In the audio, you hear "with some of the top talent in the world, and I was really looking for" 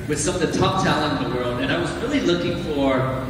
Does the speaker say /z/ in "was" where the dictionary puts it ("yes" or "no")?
yes